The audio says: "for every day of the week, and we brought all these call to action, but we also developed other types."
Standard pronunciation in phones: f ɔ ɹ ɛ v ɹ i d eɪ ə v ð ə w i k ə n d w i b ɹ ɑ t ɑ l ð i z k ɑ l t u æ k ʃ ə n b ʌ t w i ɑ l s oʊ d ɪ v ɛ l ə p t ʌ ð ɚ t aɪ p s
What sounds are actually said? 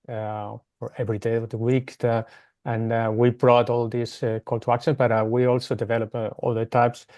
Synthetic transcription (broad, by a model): f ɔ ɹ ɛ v ɹ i d eɪ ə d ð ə w i k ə n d w i b ɹ ɑ t ɑ l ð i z k ɑ l t u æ k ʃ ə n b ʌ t w i ɑ l s oʊ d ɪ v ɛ l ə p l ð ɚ t aɪ p s